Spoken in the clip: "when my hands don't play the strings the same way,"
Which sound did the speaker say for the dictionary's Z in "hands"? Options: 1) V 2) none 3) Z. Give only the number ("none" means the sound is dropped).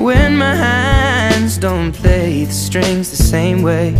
3